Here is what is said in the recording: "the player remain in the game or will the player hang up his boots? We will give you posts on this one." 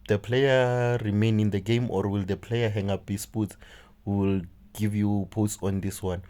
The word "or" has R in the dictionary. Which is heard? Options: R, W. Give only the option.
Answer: R